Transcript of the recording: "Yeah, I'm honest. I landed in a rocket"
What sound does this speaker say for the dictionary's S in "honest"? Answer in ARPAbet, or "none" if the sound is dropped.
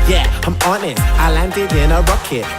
none